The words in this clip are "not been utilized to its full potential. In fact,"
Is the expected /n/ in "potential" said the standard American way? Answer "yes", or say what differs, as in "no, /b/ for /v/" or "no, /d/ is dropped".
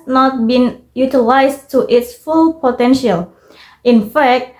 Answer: yes